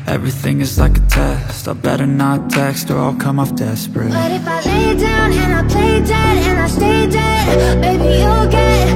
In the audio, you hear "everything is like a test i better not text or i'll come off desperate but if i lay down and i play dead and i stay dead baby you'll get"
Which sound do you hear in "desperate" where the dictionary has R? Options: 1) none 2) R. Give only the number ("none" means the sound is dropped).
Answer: 2